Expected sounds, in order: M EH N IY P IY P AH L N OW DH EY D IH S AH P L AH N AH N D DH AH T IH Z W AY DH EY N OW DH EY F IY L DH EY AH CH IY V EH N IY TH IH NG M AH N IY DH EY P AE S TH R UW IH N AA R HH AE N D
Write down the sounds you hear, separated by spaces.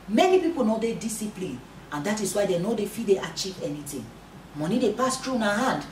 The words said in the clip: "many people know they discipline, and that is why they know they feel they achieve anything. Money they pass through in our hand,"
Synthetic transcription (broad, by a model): M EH N IY P IY P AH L N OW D EY D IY S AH P L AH N AH N D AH T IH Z W AY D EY N OW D EY F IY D EY AH CH IY V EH N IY T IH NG M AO N IY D EY P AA S T R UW N AA HH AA N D